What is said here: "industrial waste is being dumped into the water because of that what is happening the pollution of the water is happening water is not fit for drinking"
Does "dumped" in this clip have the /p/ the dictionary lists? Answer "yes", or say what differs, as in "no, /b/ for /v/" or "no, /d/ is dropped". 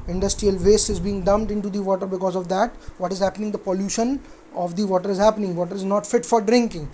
no, /p/ is dropped